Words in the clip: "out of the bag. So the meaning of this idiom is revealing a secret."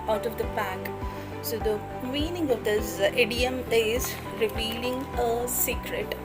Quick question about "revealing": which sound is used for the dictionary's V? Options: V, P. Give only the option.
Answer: P